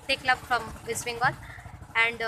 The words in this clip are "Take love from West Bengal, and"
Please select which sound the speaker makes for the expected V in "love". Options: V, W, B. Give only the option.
B